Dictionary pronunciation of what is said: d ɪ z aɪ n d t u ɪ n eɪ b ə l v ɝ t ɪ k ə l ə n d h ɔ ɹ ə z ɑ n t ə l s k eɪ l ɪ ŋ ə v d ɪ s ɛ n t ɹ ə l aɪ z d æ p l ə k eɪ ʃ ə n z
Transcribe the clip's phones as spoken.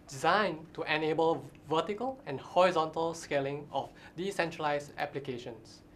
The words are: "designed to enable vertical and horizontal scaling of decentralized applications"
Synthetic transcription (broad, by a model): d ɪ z aɪ n t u ɪ n eɪ b ə l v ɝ t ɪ k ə l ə n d h ɔ ɹ ə z ɑ n t ə l s k eɪ l ɪ ŋ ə f d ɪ s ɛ n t ɹ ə l aɪ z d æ p l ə k eɪ ʃ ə n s